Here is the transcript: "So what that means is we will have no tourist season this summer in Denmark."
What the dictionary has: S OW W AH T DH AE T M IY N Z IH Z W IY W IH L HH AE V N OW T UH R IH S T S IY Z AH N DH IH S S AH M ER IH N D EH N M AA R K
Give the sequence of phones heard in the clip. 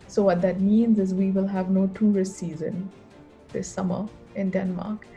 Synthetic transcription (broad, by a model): S OW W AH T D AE T M IY N Z IH Z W IY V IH L HH AE V N OW T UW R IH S S IY Z AH N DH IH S S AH M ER IH N D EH N M AA R K